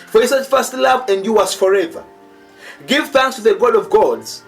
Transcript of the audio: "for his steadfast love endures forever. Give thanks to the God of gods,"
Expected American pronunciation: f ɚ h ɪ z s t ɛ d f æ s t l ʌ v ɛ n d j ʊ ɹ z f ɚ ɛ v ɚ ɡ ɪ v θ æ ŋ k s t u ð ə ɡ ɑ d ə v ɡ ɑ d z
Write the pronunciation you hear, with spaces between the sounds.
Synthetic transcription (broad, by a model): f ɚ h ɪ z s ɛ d f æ s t l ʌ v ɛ n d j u w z f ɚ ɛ v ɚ ɡ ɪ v θ æ ŋ k s t u ð ə ɡ ɑ d ə v ɡ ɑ d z